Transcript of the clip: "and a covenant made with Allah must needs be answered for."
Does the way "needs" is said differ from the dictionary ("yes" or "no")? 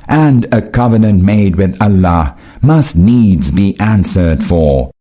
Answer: no